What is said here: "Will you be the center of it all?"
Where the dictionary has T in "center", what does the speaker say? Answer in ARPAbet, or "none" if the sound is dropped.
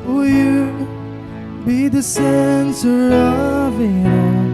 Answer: S